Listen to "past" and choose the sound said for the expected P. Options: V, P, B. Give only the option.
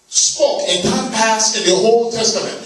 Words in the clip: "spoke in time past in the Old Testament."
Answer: P